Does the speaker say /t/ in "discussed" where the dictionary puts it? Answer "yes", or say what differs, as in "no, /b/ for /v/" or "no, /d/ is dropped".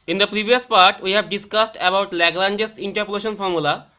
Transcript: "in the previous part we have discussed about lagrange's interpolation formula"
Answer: yes